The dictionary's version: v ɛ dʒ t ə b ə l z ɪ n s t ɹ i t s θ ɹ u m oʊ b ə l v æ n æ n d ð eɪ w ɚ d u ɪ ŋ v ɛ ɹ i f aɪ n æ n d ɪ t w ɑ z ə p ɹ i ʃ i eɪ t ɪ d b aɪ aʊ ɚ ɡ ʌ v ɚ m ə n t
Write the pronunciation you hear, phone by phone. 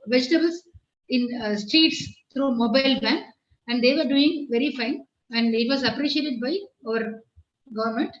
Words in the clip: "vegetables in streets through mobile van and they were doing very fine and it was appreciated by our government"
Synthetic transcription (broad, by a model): v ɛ dʒ t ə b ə l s ɪ n s t ɹ i t s t ɹ u m oʊ b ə l b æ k æ n d eɪ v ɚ d u ɪ ŋ v ɛ ɹ i f aɪ n æ n d ɪ t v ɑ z ə p ɹ i ʃ i eɪ t ɪ d b aɪ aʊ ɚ ɡ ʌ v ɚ m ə n t